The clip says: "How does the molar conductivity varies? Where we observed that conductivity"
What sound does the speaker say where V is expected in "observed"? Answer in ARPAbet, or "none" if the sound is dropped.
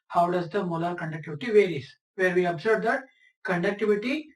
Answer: B